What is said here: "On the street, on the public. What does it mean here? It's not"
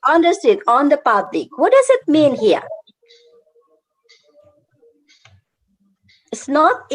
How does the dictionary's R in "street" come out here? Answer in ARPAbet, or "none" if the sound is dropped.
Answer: none